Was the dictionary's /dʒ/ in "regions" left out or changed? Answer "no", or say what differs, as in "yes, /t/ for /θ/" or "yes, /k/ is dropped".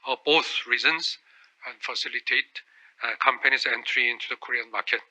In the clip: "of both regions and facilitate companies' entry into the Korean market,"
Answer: yes, /z/ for /dʒ/